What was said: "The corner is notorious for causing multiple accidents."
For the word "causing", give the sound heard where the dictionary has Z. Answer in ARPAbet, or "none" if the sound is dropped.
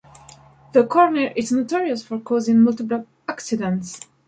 Z